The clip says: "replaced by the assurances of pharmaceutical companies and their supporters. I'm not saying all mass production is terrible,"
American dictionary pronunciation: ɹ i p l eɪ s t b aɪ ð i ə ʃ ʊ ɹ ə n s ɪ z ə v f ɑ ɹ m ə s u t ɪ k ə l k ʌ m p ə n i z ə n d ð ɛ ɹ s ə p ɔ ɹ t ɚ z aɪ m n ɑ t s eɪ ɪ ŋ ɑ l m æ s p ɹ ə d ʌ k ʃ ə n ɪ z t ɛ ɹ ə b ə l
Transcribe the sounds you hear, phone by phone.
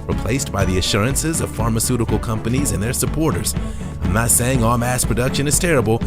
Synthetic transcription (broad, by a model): ɹ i p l eɪ s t b aɪ ð i ə ʃ ʊ ɹ ə n s ɪ z ə v f ɑ ɹ m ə s u t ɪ k l k ʌ m p ə n i z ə n ð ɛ ɹ s ə p ɔ ɹ t ɚ z aɪ m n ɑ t s eɪ ɪ ŋ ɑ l m æ s p ɹ ə d ʌ k ʃ ə n ɪ z t ɛ ɹ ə b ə l